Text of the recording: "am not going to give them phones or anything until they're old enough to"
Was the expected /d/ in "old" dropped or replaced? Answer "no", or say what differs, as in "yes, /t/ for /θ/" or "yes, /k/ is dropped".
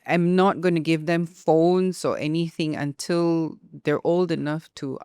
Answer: no